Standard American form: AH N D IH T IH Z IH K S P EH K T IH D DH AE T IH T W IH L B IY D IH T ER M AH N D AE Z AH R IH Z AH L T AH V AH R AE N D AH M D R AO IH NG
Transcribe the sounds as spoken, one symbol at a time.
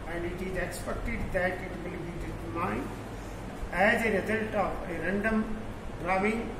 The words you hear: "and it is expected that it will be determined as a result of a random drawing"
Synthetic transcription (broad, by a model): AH N D IH T IH Z IH K S P EH K T IH D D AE T IH T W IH L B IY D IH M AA AH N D AE Z AH R IH Z AH L T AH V AH R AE N D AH M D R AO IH NG